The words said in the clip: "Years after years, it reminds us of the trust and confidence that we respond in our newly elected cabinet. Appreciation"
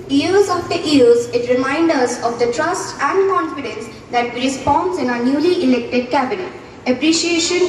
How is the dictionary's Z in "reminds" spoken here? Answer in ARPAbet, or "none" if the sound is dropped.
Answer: none